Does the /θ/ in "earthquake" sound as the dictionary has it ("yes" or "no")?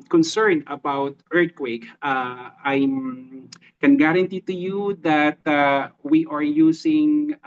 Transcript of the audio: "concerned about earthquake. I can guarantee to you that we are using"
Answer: no